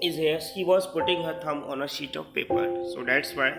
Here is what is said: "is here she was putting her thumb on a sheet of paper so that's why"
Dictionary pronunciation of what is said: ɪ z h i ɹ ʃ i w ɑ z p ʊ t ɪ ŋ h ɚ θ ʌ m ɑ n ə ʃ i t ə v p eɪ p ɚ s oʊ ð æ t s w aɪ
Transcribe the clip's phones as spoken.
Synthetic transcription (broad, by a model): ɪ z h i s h i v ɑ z p ʊ t ɪ ŋ h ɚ t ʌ m ɑ n ə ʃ i t ə v p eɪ p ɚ s oʊ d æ t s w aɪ